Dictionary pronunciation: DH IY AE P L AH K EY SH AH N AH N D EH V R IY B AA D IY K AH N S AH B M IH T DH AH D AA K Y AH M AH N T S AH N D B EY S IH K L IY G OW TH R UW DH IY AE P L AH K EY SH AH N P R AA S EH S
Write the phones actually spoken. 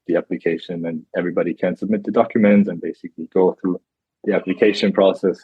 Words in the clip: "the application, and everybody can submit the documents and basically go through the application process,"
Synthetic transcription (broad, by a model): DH IY AE P L AH K EY SH AH N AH N EH V R IY B AA D IY K AH N S AH B M IH T DH AH D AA K Y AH M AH N T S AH N B EY S IH K L IY G OW TH R UW DH IY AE P L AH K EY SH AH N P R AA S EH S